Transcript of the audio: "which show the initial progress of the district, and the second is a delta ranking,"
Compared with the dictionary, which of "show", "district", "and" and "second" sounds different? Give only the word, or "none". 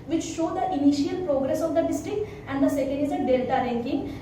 none